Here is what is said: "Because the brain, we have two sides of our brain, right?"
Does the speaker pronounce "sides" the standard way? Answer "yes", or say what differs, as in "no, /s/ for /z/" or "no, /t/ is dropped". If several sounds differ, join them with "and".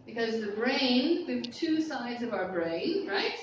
yes